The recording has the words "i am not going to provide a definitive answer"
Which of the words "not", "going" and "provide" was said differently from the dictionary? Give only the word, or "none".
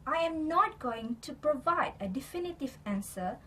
none